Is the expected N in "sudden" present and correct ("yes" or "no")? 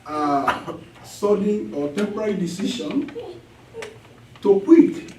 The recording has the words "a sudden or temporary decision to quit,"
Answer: no